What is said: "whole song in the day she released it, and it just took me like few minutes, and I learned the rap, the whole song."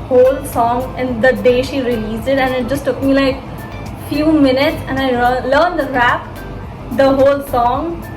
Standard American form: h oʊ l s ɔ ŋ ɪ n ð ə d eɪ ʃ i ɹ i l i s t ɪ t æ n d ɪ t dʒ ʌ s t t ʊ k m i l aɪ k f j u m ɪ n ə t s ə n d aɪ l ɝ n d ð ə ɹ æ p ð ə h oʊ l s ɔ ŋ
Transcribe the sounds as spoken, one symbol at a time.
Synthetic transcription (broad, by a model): h oʊ l s ɔ ŋ ɪ n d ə d eɪ ʃ i ɹ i l i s ɪ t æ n ɪ t dʒ ʌ s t t ʊ k m i l aɪ k f j u m ɪ n ə t s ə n aɪ l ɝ n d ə ɹ æ p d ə h oʊ l s ɔ ŋ